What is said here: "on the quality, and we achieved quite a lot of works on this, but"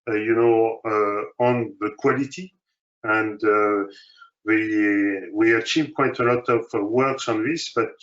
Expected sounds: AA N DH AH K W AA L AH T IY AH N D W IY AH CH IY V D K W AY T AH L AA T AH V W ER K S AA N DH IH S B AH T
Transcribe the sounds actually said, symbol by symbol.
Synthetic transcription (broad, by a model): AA N DH AH K W AA L AH T IY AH N D W IY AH CH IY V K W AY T AH L AA T AH V W ER K S AA N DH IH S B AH T